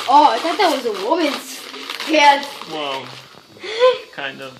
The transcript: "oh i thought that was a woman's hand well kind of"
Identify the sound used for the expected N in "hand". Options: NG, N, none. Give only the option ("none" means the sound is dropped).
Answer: none